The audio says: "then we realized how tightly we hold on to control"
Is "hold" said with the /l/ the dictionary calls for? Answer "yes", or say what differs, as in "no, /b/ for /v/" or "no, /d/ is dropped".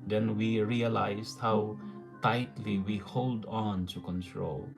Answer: yes